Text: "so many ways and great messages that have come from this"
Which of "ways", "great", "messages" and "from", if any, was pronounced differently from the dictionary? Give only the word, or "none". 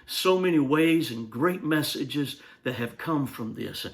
none